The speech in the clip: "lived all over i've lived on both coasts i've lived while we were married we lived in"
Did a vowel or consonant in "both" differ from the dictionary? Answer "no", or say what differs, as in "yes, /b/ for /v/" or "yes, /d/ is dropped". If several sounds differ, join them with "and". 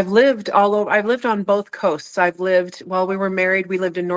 no